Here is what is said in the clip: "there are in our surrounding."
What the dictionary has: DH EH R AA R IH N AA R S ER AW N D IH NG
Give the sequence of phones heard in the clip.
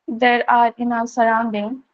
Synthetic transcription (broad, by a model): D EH R AA R IH N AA L S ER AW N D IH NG